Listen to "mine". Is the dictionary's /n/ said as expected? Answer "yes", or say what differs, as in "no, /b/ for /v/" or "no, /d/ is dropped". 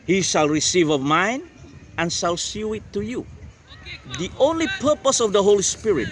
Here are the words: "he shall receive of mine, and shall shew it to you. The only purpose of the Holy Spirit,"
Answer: yes